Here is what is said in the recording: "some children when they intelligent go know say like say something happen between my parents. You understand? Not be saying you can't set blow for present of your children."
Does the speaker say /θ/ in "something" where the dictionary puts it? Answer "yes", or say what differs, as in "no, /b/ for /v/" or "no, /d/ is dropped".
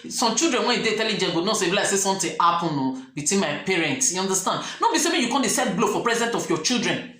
no, /t/ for /θ/